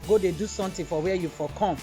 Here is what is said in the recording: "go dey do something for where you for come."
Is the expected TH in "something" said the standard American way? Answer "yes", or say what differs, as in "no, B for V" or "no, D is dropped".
no, T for TH